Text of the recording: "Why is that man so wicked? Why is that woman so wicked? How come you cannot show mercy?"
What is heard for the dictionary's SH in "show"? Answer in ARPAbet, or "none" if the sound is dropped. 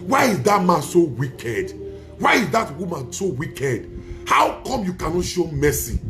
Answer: SH